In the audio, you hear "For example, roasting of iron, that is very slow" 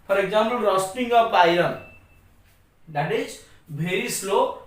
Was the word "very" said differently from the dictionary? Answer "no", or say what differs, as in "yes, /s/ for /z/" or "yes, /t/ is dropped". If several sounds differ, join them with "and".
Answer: yes, /b/ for /v/